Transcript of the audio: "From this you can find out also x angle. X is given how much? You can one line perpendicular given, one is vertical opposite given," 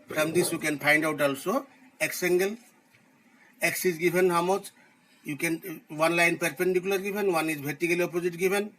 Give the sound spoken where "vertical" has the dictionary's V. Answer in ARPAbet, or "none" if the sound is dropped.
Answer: B